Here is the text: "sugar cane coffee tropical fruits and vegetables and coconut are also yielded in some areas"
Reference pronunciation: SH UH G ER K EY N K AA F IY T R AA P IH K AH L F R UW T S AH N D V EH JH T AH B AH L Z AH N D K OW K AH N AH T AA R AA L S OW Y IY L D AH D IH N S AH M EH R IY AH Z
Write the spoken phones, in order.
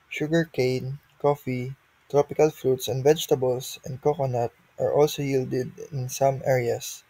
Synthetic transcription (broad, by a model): SH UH G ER K EY N K AA F IY T R AA P IH K AH L F R UW T S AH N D V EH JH T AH B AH L S AH N D K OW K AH N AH T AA R AA L S OW Y IY L D AH D IH N S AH M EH R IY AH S